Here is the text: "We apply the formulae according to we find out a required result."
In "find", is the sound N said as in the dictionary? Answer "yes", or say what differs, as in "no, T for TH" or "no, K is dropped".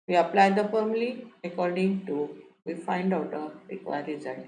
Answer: yes